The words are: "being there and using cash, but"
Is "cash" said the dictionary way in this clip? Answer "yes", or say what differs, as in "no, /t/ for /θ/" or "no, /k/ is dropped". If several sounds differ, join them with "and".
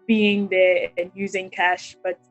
yes